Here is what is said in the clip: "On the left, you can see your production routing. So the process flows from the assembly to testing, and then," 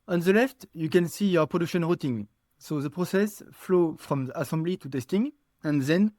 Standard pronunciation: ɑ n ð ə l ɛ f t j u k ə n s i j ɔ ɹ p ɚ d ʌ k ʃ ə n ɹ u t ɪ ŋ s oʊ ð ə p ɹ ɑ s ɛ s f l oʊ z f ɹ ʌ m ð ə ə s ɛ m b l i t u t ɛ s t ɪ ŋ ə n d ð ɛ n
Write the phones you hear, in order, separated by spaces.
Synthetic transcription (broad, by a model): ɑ n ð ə l ɛ f t j u k ə n s i j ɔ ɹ p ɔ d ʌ k ʃ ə n ɹ u t ɪ ŋ s oʊ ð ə p ɹ ɑ s ɛ s f l oʊ f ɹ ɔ m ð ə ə s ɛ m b l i t u t ɛ s t ɪ ŋ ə n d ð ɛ n